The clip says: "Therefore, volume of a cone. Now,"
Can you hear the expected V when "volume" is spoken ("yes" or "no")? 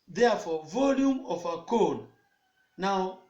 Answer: yes